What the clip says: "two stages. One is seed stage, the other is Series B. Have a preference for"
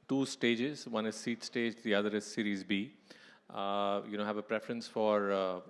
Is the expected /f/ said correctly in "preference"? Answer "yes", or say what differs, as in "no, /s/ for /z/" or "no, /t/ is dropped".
yes